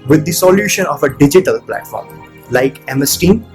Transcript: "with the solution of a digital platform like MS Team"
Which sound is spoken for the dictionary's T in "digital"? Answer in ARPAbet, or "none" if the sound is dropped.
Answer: T